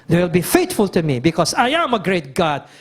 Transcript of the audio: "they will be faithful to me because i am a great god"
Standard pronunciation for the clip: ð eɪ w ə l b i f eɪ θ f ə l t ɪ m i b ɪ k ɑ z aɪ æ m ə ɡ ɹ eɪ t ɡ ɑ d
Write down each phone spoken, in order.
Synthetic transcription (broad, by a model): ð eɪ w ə l b i f eɪ t f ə l t ɪ m i b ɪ k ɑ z aɪ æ m ə ɡ ɹ eɪ t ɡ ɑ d